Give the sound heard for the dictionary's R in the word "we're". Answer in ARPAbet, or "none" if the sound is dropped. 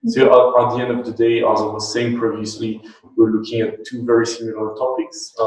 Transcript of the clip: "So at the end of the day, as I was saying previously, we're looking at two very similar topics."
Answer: R